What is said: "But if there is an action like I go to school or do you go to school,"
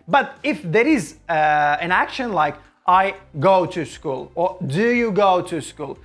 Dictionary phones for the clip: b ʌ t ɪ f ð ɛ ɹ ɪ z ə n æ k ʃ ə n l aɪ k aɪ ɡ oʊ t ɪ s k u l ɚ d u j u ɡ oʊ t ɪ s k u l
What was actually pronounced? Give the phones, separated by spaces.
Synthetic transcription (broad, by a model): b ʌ t ɪ f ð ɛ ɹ ɪ z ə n æ k ʃ ə n l aɪ k aɪ ɡ oʊ t ɪ s k u l ɚ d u j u ɡ oʊ t ɪ s k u l